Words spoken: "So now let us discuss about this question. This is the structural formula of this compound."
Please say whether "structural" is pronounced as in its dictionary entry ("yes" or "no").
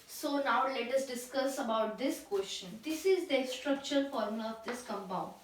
no